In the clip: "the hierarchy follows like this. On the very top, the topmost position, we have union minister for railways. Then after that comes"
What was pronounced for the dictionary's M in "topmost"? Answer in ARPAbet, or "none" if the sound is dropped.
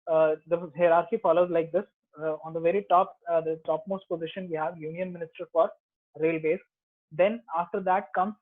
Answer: M